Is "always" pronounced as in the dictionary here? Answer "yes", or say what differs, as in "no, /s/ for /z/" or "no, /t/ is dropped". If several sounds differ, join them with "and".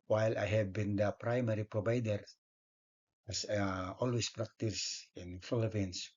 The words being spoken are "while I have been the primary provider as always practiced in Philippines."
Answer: no, /s/ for /z/